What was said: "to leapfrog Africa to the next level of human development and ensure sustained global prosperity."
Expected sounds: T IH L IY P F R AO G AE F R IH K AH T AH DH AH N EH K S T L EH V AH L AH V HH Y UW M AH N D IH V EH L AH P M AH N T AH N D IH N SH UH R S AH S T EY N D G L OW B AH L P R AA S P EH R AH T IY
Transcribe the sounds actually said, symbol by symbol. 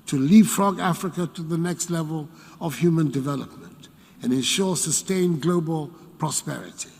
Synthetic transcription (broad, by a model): T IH L IY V F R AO G AE F R IH K AH T AH DH AH N EH K S T L EH V AH L AH V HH Y UW M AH N D IH V EH L AH P M AH N T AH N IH N SH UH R S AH S T EY N G L OW B AH L P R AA S P EH R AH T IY